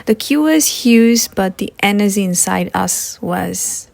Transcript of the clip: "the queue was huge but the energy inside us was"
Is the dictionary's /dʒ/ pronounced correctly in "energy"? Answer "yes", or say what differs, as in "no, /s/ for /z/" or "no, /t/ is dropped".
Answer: no, /z/ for /dʒ/